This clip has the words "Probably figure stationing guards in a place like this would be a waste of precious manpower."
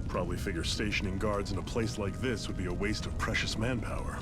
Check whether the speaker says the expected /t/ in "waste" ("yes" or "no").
yes